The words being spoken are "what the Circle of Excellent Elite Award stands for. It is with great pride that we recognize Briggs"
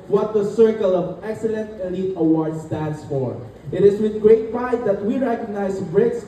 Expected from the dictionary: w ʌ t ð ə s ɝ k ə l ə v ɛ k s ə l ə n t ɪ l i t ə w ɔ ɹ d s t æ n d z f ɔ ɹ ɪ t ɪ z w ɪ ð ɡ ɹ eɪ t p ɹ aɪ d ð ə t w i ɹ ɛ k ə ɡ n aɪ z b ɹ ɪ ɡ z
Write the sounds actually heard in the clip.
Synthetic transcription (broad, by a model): w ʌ t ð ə s ɝ k ə l ə v ɛ k s ə l ə n t ɪ l i t ə w ɔ ɹ d s t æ n d s f ɔ ɹ ɪ t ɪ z w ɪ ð ɡ ɹ eɪ t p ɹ aɪ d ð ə t w i ɹ ɛ k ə ɡ n aɪ s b ɹ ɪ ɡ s